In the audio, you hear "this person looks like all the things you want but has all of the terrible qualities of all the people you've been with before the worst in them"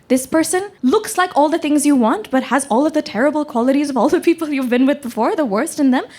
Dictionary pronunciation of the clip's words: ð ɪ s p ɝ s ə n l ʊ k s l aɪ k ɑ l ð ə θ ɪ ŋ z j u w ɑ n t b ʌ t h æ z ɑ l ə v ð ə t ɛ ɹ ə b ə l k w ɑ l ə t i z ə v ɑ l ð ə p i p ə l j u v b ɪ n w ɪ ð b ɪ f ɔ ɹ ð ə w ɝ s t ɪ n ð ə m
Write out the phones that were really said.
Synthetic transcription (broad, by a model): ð ɪ s p ɝ s ə n l ʊ k s l aɪ k ɑ l ð ə θ ɪ ŋ z j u w ɑ n t b ʌ t h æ z ɑ l ə v ð ə t ɛ ɹ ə b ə l k w ɑ l ə t i z ə v ɑ l ð ə p i p l j u v b ɪ n w ɪ ð b ɪ f ɔ ɹ ð ə w ɝ s t ɪ n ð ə m